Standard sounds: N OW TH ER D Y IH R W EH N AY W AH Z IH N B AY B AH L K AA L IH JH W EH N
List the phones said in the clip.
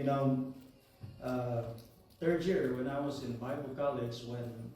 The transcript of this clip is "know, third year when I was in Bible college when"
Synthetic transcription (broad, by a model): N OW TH ER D Y IH R W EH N AY W AH Z IH N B AY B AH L K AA L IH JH W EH N